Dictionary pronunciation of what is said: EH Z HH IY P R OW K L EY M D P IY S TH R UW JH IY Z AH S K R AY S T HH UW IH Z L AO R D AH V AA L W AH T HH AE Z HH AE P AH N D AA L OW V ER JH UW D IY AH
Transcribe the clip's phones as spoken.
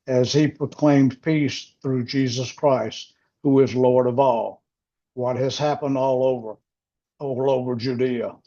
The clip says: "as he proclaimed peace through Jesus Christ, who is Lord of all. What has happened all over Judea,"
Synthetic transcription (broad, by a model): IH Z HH IY P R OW K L EY M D P IY S TH R UW JH IY Z AH S K R AY S T HH UW IH Z L AO R D AH V AA L W AH T HH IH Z HH AE P AH N D AA L OW V ER JH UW D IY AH